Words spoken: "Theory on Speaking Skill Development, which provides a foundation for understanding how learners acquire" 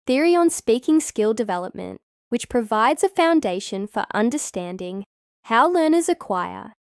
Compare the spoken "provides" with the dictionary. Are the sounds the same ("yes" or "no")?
yes